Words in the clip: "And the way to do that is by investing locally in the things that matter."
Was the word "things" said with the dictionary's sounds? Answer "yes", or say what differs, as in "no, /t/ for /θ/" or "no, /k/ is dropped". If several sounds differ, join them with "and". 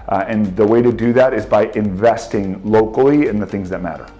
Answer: yes